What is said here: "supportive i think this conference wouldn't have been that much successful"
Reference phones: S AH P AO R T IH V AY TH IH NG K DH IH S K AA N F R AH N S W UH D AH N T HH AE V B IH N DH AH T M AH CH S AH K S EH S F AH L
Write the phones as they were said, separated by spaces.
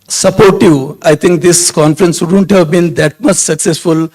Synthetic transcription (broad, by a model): S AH P AO R T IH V AY T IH NG K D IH S K AA N F R AH N S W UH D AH N T HH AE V B IH N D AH T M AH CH S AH K S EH S F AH L